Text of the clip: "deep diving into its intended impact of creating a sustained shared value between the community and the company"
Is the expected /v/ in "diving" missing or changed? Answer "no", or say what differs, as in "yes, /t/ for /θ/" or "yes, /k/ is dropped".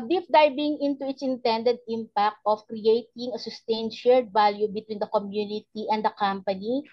yes, /b/ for /v/